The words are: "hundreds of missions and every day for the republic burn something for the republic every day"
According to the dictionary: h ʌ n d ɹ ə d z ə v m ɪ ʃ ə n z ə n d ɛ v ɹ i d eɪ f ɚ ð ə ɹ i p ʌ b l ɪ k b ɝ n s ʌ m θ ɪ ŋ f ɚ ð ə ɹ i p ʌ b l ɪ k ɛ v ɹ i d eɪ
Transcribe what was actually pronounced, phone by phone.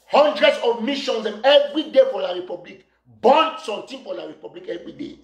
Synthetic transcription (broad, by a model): h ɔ n d ɹ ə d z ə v m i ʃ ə n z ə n ɛ v ɹ i d eɪ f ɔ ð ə ɹ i p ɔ b l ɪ k b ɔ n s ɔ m t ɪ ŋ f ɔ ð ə ɹ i p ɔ b l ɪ k ɛ v ɹ i d eɪ